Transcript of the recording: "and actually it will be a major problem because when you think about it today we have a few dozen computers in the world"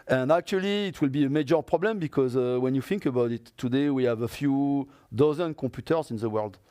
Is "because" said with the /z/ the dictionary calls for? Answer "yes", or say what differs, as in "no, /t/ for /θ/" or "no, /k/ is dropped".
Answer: yes